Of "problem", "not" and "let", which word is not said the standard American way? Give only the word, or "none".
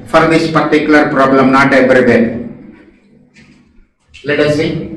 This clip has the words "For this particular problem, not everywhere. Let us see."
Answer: none